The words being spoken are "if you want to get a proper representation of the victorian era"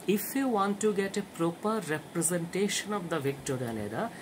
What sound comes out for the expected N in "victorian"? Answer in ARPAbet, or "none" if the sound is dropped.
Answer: L